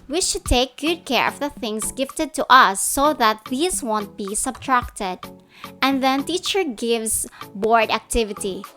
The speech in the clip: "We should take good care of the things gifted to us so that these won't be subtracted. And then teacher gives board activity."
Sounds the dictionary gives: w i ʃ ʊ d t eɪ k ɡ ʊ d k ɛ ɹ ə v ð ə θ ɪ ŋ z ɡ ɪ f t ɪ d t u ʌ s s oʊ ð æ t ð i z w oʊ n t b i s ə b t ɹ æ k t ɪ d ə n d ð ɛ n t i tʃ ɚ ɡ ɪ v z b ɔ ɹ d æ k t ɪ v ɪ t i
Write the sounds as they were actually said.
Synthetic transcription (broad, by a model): w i ʃ ʊ d t eɪ k ɡ ʊ d k ɛ ɹ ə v ð ə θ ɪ ŋ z ɡ ɪ f t ɪ d t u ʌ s s oʊ ð æ t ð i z w oʊ n t b i s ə b t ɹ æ k t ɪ d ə n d ð ɛ n t i tʃ ɚ ɡ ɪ v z b ɔ ɹ d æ k t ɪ v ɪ t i